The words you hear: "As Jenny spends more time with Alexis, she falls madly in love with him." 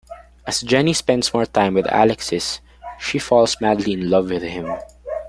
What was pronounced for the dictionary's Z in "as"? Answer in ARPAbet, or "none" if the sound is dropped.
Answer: S